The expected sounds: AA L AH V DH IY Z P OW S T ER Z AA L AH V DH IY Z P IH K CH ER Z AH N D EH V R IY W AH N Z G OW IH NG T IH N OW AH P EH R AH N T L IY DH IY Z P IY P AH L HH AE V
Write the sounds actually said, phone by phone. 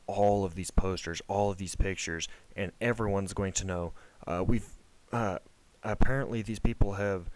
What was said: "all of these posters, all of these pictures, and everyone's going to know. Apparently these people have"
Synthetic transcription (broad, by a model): AA L AH V DH IY Z P OW S T ER Z AA L AH V DH IY Z P IH K CH ER Z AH N EH V R IY W AH N Z G OW IH NG T IH N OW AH P EH R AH N T L IY DH IY Z P IY P L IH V